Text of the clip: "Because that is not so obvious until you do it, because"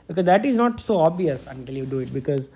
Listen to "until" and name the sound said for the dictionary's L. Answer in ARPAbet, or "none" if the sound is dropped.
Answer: L